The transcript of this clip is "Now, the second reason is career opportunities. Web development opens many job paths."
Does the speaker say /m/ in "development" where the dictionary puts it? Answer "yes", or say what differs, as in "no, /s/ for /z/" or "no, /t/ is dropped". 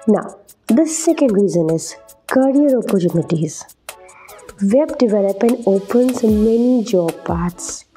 no, /m/ is dropped